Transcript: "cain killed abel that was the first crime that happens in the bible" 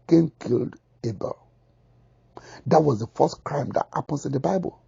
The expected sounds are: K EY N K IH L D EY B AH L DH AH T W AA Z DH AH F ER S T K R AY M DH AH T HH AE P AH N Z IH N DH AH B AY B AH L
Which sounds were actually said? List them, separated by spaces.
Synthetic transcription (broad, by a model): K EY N K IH L D EY B AH L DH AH T W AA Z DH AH F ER S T K R AY M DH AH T HH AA P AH N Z IH N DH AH B AY B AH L